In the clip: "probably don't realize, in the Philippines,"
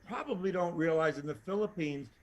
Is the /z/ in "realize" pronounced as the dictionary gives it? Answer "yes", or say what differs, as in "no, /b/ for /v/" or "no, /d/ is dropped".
yes